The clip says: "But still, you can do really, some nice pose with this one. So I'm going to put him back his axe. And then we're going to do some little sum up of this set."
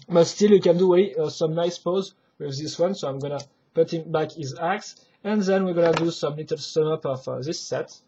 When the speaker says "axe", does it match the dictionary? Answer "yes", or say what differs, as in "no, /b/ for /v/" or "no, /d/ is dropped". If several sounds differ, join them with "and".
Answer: yes